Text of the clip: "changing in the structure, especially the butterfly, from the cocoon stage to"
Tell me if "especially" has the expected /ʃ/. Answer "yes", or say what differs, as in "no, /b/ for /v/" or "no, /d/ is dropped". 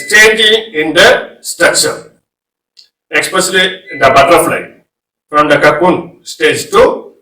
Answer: no, /s/ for /ʃ/